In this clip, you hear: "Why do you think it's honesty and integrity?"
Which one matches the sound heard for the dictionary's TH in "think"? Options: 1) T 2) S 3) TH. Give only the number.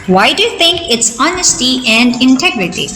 1